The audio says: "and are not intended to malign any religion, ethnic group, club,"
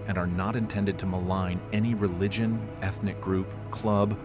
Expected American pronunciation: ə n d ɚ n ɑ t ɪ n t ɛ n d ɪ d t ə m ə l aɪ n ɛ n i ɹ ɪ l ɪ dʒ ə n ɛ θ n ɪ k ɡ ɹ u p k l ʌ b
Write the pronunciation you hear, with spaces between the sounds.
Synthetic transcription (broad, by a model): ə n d ɚ n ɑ t ɪ n t ɛ n d ɪ d t ə m ə l aɪ n ɛ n i ɹ ɪ l ɪ dʒ ə n ɛ θ n ɪ k ɡ ɹ u p k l ʌ b